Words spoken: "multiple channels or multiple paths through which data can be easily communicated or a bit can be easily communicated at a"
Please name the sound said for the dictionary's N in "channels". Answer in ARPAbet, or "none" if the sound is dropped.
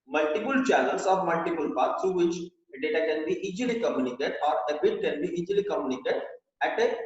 L